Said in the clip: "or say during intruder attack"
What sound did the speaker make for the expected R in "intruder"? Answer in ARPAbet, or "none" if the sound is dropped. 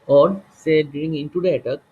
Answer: none